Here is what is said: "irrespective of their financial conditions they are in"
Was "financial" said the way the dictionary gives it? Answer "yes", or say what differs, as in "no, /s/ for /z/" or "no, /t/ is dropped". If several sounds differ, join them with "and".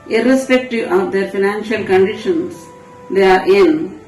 yes